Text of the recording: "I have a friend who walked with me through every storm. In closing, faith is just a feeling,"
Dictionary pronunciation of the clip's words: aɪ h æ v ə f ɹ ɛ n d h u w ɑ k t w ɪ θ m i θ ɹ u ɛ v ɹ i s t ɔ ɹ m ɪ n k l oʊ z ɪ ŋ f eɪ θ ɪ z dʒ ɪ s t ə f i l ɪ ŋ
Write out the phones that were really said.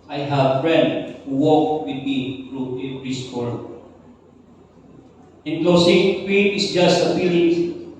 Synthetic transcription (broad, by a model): aɪ h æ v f ɹ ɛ n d h u w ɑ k w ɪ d m i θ ɹ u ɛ p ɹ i s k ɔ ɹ ɪ n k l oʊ s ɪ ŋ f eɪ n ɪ s dʒ ɪ s t ə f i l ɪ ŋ